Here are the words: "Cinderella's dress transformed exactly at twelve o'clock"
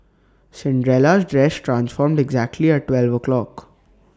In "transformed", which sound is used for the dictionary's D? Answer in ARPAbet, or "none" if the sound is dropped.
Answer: D